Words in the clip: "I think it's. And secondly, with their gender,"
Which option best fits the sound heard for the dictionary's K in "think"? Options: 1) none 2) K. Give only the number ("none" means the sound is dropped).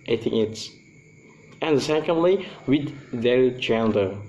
1